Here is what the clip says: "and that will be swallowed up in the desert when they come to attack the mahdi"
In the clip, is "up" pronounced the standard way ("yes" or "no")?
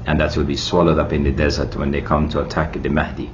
yes